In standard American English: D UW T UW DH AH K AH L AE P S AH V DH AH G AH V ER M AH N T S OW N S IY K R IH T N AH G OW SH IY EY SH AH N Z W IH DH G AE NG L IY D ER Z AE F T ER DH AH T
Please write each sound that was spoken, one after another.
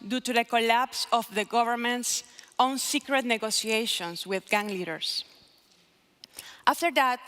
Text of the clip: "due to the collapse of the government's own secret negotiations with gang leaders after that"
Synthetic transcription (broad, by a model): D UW T UW DH AH K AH L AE P S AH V DH AH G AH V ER M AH N T S OW N S IY K R IH T N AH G OW S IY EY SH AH N S W IH DH G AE NG L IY D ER S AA F T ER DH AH T